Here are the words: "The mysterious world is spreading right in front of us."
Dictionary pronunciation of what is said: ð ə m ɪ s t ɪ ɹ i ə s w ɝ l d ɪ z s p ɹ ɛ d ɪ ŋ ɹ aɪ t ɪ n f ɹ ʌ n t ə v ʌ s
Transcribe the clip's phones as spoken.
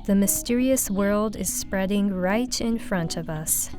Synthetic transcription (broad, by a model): ð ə m ɪ s t ɪ ɹ i ə s w ɝ l d ɪ z s p ɹ ɛ d ɪ ŋ ɹ aɪ t ɪ n f ɹ ʌ n t ə v ʌ s